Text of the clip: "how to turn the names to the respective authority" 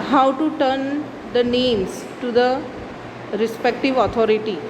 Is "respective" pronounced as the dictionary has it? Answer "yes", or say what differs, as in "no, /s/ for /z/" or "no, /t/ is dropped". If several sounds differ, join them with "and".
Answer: yes